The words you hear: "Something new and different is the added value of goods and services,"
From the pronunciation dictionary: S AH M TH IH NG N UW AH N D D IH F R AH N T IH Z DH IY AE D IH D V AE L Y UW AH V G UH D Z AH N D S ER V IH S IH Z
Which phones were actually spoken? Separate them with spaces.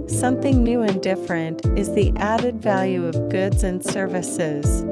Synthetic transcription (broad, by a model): S AH M TH IH NG N UW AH N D D IH F R AH N T IH Z DH IY AE D IH D V AE L Y UW AH V G UH D Z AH N S ER V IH S IH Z